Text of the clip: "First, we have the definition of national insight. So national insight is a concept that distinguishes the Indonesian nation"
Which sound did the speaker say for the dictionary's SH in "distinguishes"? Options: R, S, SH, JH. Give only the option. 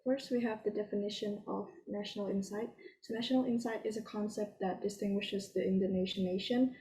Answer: SH